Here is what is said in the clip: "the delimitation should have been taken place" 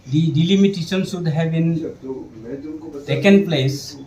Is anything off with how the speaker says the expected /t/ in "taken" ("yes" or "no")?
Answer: yes